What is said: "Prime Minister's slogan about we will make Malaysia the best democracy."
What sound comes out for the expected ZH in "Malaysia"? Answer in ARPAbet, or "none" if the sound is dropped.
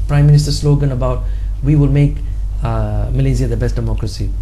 Z